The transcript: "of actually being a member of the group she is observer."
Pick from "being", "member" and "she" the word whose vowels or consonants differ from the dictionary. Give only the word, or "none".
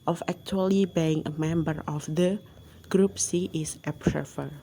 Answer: she